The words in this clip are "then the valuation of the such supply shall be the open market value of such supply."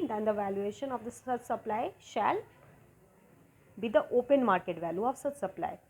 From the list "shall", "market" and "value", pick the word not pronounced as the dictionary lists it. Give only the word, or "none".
none